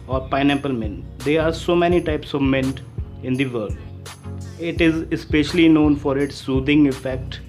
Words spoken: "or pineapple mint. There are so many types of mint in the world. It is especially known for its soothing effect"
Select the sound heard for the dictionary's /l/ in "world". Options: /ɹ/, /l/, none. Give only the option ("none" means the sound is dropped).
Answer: none